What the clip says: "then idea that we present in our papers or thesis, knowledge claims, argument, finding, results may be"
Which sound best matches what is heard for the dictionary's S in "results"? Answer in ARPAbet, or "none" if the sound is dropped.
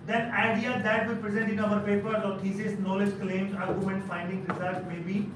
none